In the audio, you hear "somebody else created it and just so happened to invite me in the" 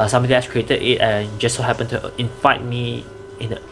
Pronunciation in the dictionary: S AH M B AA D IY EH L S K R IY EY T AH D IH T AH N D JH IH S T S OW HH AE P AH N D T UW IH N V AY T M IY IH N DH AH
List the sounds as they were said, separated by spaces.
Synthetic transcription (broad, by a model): S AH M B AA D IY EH S K R IY EY T AH D IH T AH N JH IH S S OW HH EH P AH N T UW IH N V AY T M IY IH N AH